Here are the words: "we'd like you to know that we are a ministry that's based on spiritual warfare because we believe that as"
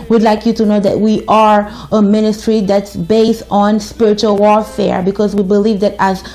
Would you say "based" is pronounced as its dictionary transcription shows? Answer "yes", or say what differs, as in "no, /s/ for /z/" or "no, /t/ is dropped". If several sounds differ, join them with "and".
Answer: yes